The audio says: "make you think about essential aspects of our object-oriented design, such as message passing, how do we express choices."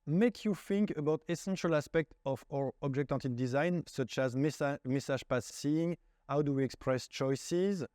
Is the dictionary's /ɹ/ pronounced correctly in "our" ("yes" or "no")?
yes